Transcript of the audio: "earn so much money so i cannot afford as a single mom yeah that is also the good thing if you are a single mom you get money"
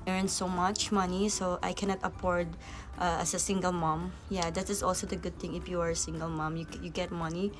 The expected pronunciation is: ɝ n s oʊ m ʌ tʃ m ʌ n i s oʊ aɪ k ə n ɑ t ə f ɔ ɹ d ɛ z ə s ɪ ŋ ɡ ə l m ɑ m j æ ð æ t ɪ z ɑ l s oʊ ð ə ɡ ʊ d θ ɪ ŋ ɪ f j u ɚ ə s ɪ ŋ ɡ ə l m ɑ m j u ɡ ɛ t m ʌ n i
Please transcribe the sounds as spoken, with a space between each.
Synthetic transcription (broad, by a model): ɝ n s oʊ m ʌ tʃ m ʌ n i s oʊ aɪ k ə n ɑ t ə p ɔ ɹ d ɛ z ə s ɪ ŋ ɡ ə l m ɑ m j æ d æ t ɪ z ɑ l s oʊ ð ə ɡ ʊ d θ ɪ ŋ ɪ f j u ɚ ə s ɪ ŋ ɡ ə l m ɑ m j u ɡ ɛ t m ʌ n i